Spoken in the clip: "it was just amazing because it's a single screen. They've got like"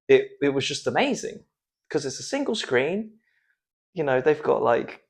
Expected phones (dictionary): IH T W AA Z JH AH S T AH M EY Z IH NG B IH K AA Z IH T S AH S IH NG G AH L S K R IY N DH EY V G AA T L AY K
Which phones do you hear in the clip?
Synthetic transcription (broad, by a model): IH T W AA Z JH AH S T AH M EY Z IH NG K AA Z IH T S AH S IH NG G AH L S K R IY N DH EY V G AA T L AY K